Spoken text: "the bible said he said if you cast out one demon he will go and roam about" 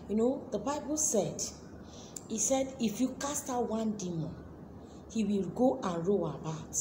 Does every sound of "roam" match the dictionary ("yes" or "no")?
no